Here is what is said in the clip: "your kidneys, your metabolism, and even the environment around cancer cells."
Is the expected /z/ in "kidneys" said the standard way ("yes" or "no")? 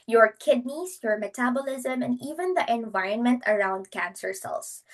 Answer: no